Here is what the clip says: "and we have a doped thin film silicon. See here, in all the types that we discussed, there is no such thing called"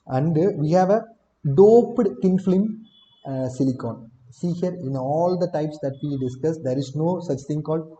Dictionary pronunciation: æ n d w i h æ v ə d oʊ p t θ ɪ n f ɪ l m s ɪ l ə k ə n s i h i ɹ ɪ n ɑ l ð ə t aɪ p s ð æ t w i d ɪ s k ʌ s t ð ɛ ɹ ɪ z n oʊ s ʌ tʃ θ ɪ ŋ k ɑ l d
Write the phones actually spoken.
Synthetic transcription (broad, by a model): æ n d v i h æ v ə d oʊ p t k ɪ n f l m s ɪ l ə k ə n s i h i ɹ ɪ n ɑ l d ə t aɪ p s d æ t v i d ɪ s k ʌ s t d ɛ ɹ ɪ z n oʊ s ʌ tʃ t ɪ ŋ k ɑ l d